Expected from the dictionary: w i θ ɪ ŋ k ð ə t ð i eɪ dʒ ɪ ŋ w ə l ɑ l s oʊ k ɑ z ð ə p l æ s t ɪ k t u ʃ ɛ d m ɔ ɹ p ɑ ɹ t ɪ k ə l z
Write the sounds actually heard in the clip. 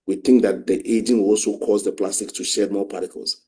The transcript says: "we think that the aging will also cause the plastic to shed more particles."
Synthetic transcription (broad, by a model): w i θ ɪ ŋ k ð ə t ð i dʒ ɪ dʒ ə n ɑ l s oʊ k ɑ z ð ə p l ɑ s t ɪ k t u ʃ ɛ d m ɔ p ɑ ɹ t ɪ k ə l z